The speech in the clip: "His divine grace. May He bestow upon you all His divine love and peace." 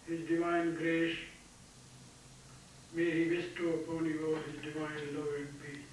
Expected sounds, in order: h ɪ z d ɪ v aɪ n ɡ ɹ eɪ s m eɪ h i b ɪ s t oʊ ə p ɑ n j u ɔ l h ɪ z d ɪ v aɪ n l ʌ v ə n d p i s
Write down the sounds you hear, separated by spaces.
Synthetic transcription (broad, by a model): h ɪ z d ɪ v aɪ n ɡ ɹ eɪ ʃ m eɪ h i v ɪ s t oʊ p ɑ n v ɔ h ɪ z d ɪ v aɪ n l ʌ ə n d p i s